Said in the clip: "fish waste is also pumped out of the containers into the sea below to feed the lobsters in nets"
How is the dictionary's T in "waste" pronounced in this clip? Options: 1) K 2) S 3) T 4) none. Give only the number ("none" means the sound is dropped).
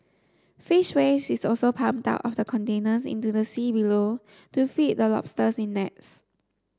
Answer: 4